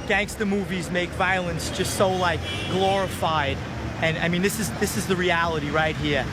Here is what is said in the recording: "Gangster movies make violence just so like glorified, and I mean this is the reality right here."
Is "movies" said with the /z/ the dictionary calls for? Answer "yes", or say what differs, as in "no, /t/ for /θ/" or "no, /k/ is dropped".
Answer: yes